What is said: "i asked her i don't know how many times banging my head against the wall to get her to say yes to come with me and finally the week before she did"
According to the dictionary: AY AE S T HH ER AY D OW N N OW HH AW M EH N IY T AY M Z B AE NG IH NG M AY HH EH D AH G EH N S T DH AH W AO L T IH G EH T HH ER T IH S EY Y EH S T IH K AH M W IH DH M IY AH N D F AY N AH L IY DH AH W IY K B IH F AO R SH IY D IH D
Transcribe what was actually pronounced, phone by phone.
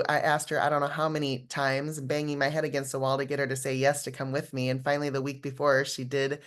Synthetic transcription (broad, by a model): AY AE S T HH ER AY D OW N N OW HH AW M EH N IY T AY M Z B AE NG IH NG M AY HH EH D AH G EH N S T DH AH W AO L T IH G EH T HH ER T IH S EY Y EH S T IH K AH M W IH DH M IY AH N F AY N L IY DH AH W IY K B IH F AO R SH IY D IH D